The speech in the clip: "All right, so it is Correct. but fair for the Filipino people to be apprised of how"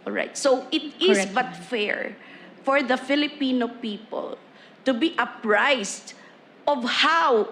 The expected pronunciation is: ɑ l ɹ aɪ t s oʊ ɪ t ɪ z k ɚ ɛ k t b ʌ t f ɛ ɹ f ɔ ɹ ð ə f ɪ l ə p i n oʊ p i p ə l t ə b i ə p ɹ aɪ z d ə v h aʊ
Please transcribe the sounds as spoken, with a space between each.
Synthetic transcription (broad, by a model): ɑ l ɹ aɪ t s oʊ ɪ t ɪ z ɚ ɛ b ʌ t f ɛ ɹ f ɔ ɹ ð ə f ɪ l ə p i n oʊ p i p ə l t ə b i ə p ɹ aɪ s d ə v h aʊ